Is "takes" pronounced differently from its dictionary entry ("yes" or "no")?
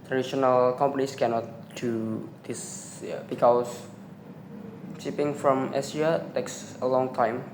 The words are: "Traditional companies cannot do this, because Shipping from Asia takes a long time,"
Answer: no